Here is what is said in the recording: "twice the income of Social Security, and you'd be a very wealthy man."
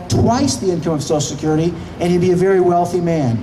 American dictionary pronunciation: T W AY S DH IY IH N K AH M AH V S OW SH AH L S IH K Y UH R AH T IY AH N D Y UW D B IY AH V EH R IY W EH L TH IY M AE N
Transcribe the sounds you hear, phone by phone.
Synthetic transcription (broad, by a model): T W AY S DH IY IH N K AH M AH V S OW AH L S IH K Y UH R AH T IY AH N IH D B IY AH V EH R IY W EH L TH IY M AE N